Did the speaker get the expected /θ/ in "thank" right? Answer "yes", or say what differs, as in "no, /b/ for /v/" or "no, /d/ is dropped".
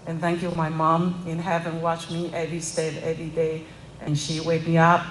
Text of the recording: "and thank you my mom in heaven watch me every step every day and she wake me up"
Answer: yes